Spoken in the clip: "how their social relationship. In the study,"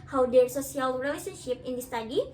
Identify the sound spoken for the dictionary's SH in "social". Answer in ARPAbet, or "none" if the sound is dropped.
S